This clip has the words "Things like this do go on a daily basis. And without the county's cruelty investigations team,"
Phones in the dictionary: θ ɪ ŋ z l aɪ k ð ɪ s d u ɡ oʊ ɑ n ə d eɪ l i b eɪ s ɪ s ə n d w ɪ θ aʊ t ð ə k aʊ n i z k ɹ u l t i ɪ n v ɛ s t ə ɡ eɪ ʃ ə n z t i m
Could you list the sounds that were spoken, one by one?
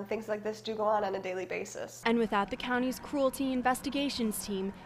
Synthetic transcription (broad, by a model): θ ɪ ŋ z l aɪ k ð ɪ s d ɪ ɡ oʊ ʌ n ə d eɪ l i b eɪ s ɪ s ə n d w ɪ θ aʊ t ð ə k aʊ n i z k ɹ u l t i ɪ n v ɛ s t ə ɡ eɪ ʃ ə n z t i m